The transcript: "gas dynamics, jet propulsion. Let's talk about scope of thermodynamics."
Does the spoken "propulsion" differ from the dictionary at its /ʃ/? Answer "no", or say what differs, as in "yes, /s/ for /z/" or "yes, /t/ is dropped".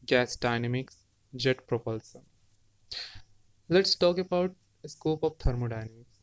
yes, /s/ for /ʃ/